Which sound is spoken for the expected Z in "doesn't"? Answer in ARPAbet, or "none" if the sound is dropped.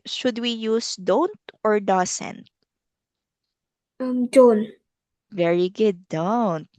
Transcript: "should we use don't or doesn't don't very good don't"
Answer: S